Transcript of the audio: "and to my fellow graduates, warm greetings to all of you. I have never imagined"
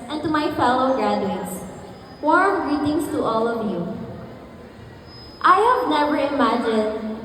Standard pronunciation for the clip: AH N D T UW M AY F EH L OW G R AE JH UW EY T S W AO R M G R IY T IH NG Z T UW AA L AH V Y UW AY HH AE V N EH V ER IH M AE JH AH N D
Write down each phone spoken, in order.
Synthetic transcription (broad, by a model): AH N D T UW M AY F EH L OW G R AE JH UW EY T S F AO R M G R IY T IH NG S T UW AA L AH V Y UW AY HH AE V N EH V ER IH M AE JH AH N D